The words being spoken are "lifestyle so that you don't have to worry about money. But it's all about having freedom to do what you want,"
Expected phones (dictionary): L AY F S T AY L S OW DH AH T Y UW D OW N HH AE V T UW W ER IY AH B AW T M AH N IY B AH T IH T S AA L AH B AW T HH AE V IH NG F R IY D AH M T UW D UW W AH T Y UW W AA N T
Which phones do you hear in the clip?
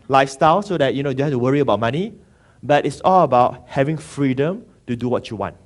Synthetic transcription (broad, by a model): L AY F S T AY L S OW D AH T Y UW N OW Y HH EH F T UW W ER IY AH B AW T M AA N IY B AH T IH T S AA L AH B AW T HH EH V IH NG F R IY D AH M T UW D UW W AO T Y UW W AA N T